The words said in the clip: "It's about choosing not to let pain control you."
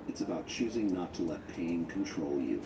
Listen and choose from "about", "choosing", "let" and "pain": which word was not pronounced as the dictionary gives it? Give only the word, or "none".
none